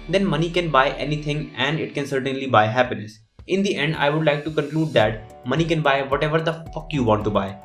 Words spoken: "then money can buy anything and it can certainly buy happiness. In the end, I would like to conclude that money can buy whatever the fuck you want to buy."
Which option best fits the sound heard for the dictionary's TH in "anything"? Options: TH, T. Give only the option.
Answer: T